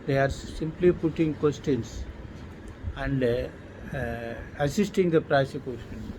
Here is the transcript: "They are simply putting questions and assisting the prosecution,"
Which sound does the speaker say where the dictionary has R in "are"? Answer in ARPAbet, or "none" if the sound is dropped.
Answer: R